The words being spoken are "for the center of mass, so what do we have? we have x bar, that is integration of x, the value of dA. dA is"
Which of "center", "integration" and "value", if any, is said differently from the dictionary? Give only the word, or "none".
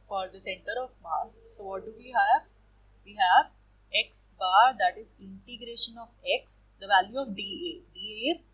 none